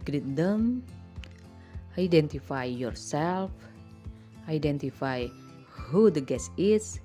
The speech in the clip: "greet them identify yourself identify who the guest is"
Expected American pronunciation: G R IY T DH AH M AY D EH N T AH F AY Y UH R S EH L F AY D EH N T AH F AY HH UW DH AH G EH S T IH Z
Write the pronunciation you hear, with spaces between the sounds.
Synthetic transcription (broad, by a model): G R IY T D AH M AY D EH N T AH F AY Y UH R S EH L F AY D EH N T AH F AY HH UW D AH G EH S IH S